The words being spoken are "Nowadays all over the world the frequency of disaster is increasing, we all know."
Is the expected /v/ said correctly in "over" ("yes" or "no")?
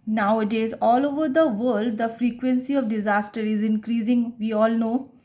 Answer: yes